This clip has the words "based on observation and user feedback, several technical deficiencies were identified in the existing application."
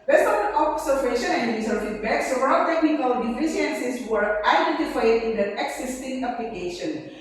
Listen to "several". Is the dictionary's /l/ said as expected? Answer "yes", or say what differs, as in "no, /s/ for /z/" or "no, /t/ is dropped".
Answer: no, /n/ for /l/